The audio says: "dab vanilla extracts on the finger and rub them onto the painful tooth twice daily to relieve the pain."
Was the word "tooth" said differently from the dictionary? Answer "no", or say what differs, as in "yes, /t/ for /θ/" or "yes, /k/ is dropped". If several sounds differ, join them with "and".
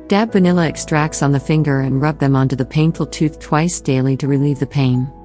no